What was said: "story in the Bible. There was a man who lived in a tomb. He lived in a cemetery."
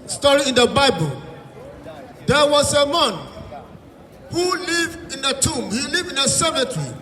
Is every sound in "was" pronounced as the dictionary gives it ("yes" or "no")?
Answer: no